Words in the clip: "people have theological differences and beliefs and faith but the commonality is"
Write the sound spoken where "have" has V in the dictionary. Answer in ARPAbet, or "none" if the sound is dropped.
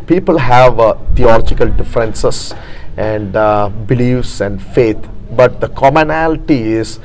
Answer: V